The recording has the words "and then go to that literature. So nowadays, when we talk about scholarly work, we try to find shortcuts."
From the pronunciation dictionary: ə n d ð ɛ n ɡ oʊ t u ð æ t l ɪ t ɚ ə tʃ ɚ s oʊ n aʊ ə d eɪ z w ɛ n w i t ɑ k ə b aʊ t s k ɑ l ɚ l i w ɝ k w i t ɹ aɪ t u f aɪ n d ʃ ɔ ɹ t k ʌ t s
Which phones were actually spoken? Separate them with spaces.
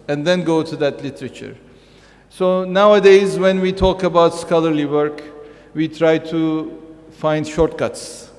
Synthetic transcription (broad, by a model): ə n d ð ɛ n ɡ oʊ t u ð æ t l ɪ t ɚ ə tʃ ɚ s oʊ n aʊ ə d eɪ z w ɛ n w i t ɑ k ə b aʊ t s k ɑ l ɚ l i w ɝ k w i t ɹ aɪ t u f aɪ n d ʃ ɔ ɹ t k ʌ t s